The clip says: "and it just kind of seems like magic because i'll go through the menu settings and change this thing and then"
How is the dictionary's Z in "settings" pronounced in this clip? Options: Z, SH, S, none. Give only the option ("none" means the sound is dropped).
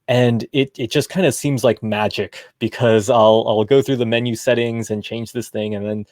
Z